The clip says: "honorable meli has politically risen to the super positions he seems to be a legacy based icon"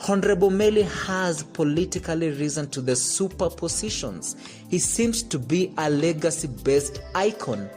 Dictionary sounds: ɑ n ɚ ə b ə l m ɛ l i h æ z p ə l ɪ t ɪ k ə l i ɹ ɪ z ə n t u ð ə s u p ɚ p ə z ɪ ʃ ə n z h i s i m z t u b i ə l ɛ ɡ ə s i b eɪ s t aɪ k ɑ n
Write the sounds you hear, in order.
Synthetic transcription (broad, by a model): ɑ n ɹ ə b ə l m ɛ l i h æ z p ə l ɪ t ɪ k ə l i ɹ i z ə n t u ð ə s u p ɚ p ə z ɪ ʃ ə n z h i s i m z t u b i ə l ɛ ɡ ə s i b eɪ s t aɪ k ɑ n